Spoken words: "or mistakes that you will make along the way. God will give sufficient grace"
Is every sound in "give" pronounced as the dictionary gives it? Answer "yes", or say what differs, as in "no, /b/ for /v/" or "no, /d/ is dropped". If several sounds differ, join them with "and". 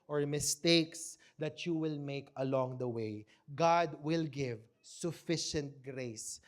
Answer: yes